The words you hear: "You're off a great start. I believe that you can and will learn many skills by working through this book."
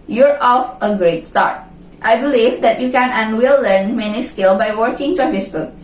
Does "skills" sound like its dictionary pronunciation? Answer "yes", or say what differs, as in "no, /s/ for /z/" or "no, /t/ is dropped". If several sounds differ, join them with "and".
no, /z/ is dropped